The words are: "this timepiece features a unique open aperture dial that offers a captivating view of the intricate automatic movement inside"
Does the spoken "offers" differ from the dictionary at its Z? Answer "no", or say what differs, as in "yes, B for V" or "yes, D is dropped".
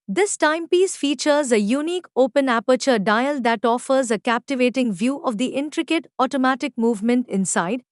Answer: no